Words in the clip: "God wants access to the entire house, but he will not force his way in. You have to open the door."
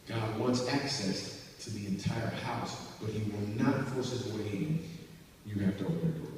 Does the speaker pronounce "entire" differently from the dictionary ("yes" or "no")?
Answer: no